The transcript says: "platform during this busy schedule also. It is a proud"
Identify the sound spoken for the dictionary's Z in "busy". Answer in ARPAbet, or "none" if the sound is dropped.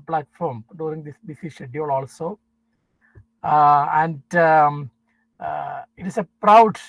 S